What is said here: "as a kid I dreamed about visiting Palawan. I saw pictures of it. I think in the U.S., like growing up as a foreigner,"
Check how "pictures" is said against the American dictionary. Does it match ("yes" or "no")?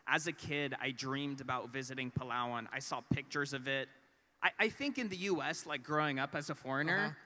yes